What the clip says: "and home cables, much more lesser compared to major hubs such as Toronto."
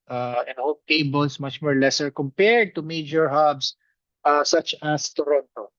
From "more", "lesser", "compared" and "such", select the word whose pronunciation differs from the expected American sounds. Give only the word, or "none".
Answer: none